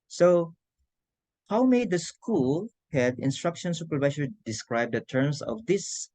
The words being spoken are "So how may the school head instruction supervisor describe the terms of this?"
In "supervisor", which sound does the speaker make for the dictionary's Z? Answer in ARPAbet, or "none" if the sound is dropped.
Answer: S